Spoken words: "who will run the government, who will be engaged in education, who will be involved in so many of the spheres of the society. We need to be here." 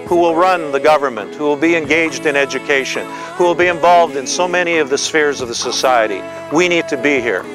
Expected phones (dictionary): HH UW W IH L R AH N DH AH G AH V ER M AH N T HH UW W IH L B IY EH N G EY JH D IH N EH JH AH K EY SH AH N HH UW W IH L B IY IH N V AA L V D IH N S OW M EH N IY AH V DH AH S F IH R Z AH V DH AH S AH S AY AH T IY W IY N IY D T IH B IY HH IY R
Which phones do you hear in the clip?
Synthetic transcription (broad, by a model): HH UW W IH L R AH N DH AH G AH V ER M AH N T HH UW W IH L B IY EH N G EY JH D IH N EH JH AH K EY SH AH N HH UW W IH L B IY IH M V AA L V D IH N S OW M EH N IY AH V DH AH S F IH R Z AH V DH AH S AH S AY AH T IY W IY N IY D T IH B IY HH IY R